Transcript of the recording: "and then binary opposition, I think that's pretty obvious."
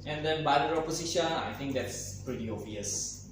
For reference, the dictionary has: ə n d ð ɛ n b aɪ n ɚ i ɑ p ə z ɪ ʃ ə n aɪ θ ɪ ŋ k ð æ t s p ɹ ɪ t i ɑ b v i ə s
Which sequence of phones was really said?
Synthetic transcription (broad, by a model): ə n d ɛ n b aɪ l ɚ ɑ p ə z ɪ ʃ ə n aɪ t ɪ ŋ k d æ t s p ɹ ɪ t i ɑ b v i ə s